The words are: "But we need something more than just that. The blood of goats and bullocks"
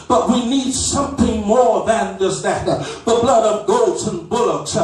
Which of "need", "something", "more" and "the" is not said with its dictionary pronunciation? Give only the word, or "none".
none